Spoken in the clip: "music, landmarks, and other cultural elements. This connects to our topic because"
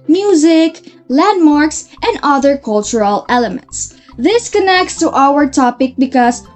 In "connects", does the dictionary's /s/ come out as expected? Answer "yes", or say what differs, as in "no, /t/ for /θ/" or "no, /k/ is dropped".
yes